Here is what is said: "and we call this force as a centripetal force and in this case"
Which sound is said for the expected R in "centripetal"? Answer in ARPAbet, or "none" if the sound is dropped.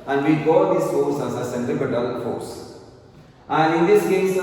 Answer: none